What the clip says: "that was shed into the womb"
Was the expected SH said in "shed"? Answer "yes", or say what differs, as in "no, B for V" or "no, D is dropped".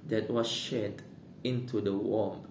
yes